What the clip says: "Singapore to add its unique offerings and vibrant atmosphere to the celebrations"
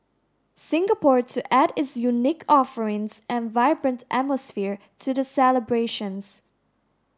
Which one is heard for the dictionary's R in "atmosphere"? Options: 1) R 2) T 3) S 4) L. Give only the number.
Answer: 1